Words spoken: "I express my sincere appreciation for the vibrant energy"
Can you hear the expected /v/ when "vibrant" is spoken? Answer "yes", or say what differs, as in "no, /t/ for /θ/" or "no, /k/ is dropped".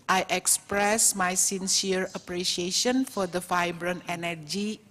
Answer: no, /f/ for /v/